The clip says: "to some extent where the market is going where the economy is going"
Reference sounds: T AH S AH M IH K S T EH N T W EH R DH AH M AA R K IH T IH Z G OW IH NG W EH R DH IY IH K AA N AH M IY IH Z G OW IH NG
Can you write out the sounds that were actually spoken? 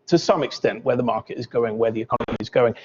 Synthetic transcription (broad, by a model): T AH S AH M IH K S T EH N T W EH DH AH M AA K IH T IH Z G OW IH NG W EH DH IY IH K AA N AH M IY IH Z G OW IH NG